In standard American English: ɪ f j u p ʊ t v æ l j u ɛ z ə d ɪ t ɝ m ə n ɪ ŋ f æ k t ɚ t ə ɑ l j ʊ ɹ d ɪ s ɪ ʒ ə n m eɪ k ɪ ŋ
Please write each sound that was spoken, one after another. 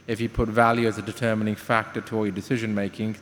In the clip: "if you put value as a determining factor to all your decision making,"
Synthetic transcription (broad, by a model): ɪ f j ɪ p ʊ t v æ l j u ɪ z ə d ɪ t ɝ m ə n ɪ ŋ f æ k t ɚ t ə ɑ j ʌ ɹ d ɪ s ɪ ʒ ə n m eɪ k ɪ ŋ